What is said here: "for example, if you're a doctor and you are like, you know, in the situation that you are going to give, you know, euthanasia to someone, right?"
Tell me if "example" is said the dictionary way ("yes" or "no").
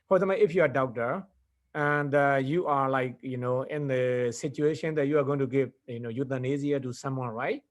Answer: no